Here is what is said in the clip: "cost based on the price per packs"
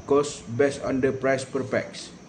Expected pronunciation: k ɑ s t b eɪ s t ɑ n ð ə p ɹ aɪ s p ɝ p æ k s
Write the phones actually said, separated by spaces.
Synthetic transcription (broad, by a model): k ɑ s b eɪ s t ɑ n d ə p ɹ aɪ s p ɝ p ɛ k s